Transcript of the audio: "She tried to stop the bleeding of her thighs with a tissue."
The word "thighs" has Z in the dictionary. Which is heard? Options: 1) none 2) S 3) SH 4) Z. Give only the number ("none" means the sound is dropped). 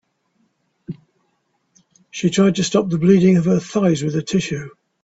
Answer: 4